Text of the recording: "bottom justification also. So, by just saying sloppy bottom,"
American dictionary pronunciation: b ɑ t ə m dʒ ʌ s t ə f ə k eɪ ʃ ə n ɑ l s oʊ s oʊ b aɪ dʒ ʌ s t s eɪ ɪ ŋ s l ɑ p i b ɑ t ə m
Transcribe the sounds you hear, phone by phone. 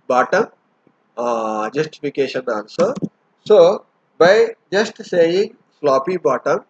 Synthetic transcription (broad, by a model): b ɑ t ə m dʒ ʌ s t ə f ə k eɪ ʃ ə n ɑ n s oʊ s oʊ b aɪ dʒ ʌ s t s eɪ ɪ ŋ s l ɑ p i b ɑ t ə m